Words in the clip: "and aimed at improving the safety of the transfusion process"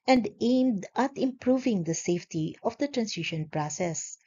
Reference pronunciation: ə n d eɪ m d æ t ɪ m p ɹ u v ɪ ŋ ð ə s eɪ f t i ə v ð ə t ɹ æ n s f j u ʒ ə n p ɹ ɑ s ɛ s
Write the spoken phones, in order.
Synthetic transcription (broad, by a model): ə n d eɪ m d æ t ɪ m p ɹ u v ɪ ŋ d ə s eɪ f t i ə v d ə t ɹ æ n s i ʃ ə n p ɹ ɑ s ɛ s